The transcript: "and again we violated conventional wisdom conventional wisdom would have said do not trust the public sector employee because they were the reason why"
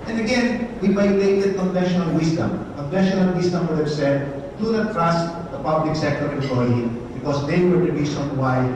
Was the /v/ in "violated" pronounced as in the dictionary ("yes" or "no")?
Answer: no